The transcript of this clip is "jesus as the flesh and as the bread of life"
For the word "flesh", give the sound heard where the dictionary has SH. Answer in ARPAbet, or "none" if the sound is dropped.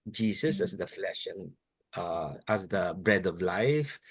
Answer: SH